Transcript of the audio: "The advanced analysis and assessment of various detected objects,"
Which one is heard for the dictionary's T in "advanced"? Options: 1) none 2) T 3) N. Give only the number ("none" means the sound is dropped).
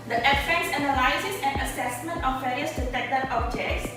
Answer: 1